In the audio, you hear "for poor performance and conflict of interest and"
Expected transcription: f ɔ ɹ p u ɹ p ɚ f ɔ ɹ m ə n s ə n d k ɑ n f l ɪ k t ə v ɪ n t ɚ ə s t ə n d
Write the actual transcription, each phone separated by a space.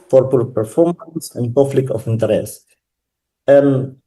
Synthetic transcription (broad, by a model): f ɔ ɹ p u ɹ p ɚ f ɔ ɹ m ə n s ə n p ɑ f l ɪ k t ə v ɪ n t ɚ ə s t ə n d